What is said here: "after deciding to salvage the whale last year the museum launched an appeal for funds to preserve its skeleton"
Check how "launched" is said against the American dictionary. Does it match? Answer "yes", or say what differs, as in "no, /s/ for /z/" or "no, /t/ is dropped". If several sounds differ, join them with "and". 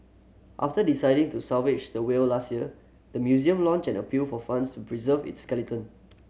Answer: no, /t/ is dropped